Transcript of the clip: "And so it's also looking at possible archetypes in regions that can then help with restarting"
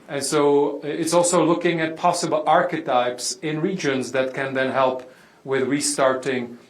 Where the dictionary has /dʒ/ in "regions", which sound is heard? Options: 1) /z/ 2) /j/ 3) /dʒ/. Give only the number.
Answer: 3